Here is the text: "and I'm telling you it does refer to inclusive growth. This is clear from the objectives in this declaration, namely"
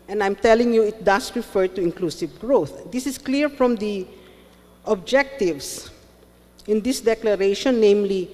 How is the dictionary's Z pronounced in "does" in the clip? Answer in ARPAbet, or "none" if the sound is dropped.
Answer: S